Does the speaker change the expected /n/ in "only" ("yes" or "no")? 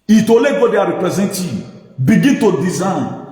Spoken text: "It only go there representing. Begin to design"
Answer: yes